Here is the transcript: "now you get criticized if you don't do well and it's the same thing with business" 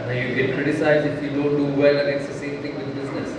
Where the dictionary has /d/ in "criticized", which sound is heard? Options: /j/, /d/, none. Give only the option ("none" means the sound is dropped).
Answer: none